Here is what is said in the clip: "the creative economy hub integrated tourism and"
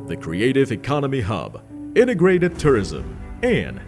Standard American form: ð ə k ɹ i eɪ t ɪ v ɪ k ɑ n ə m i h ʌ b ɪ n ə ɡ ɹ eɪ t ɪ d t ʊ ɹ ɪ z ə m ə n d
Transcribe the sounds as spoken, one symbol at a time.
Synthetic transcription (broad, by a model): ð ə k ɹ i eɪ t ɪ v ɪ k ɑ n ə m i h ʌ b ɪ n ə ɡ ɹ eɪ t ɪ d t ʊ ɹ ɪ z ə m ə n